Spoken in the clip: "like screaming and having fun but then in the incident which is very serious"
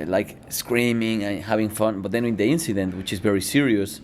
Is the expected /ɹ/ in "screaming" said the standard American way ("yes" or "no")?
yes